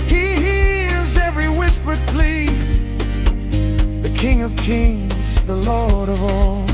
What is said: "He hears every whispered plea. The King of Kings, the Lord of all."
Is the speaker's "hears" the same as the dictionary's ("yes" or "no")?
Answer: yes